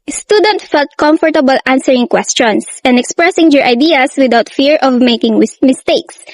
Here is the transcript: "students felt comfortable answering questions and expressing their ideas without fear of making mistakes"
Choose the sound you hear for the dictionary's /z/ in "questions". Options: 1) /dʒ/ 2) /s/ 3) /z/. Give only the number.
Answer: 2